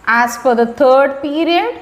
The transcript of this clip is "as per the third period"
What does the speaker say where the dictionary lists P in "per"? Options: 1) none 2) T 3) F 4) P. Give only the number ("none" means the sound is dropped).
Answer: 3